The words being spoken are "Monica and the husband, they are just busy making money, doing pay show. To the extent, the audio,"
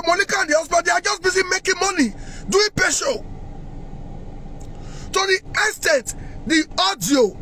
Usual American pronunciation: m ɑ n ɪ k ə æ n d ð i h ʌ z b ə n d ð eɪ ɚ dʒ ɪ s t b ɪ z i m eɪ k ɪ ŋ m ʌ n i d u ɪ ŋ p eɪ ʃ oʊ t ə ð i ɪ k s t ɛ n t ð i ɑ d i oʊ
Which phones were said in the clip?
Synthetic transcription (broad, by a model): m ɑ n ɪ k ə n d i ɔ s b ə d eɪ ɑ dʒ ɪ s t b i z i m eɪ k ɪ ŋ m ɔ n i d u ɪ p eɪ ʃ oʊ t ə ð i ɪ s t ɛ t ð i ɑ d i oʊ